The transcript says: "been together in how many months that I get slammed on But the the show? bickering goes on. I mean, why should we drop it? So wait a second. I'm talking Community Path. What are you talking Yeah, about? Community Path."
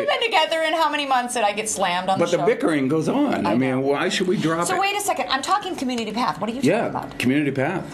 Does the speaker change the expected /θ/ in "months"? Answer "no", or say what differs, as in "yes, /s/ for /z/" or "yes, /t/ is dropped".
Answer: no